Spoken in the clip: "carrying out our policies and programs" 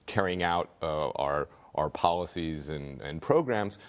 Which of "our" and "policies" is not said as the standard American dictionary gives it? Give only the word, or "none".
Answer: none